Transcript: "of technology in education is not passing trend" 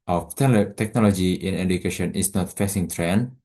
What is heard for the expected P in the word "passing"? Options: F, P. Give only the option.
F